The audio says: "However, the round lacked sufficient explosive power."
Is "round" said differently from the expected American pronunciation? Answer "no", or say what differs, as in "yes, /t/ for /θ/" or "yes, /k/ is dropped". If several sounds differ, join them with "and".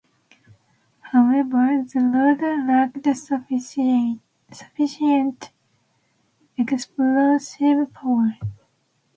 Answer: yes, /l/ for /ɹ/ and /n/ is dropped